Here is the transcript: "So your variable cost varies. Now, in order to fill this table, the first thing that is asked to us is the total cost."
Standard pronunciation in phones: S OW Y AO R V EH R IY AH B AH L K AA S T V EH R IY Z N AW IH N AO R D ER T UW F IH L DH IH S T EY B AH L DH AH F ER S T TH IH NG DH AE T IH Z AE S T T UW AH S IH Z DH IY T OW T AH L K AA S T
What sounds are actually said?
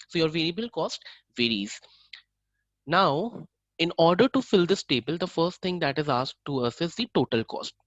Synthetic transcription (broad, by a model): S OW Y AO R V EH R IY AH B AH L K AA S T V EH R IY Z N AW IH N AO R D ER T UW F IH L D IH S T EY B AH L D AH F ER S T T IH NG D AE T IH Z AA S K T UW AH S IH Z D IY T OW T AH L K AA S T